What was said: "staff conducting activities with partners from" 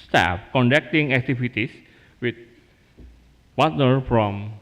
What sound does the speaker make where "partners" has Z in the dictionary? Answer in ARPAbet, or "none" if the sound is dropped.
none